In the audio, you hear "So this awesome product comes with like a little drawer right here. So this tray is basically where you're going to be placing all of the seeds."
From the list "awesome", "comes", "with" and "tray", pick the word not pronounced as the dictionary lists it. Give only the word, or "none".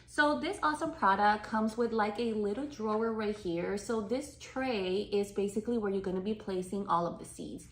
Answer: none